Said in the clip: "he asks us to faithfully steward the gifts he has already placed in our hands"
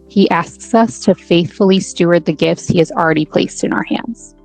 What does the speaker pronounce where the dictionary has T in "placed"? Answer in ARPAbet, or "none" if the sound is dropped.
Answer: T